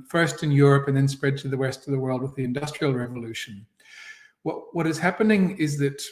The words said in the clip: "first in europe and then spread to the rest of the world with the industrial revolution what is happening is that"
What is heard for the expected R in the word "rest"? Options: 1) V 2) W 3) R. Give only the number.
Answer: 2